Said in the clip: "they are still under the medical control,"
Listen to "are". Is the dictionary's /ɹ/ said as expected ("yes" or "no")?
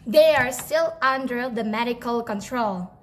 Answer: yes